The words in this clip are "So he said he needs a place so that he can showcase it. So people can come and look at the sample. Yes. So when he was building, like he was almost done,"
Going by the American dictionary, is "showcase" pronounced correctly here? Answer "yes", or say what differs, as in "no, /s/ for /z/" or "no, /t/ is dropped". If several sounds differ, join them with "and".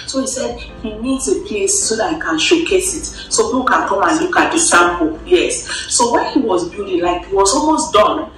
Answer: yes